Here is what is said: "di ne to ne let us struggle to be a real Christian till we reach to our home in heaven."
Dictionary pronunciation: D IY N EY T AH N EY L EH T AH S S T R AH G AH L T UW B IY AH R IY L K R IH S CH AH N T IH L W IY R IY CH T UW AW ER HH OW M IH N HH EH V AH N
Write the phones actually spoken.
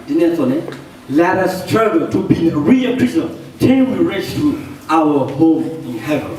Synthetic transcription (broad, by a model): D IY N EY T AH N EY L EH T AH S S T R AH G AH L T UW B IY AH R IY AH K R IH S AH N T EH N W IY R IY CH T UW AW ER HH OW M IH N HH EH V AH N